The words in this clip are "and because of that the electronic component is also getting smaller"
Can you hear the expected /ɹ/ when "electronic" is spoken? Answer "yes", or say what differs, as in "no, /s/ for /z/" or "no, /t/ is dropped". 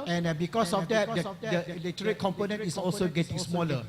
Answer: no, /ɹ/ is dropped